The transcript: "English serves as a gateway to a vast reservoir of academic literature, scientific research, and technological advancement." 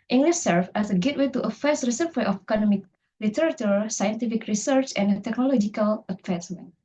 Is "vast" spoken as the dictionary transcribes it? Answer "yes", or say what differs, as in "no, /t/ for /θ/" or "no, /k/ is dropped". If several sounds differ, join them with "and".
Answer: no, /f/ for /v/